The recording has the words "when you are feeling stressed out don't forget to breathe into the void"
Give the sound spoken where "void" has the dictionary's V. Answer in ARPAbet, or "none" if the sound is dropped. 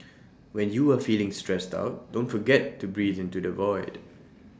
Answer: V